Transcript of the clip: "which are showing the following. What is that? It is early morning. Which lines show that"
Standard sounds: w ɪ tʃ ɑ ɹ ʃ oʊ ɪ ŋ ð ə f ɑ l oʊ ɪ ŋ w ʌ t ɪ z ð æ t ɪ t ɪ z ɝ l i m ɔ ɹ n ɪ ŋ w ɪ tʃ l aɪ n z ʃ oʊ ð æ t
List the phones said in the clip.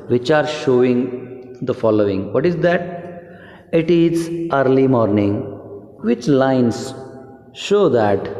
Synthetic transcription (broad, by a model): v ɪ tʃ ɑ ɹ ʃ oʊ ɪ ŋ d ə f ɑ l oʊ ɪ ŋ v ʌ t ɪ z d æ t ɪ t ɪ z ɝ l i m ɔ ɹ n ɪ ŋ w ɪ tʃ l aɪ n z ʃ oʊ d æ t